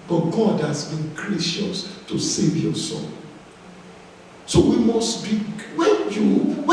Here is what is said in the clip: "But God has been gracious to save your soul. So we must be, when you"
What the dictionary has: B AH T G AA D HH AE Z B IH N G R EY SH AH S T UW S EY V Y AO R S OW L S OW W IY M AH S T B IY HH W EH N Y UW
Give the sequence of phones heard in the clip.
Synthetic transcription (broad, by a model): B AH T G AA D HH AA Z B IH N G R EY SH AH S T UW S EY V Y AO S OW N S OW W IY M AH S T B IY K W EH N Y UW